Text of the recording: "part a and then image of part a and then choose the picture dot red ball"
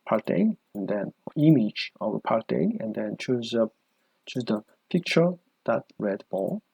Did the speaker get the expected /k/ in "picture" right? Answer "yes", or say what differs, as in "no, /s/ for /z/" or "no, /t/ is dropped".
yes